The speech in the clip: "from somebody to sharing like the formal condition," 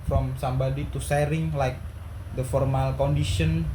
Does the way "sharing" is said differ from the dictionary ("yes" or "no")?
yes